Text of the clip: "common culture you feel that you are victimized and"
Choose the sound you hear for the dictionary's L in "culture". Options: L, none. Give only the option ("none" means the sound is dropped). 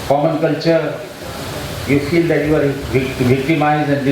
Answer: L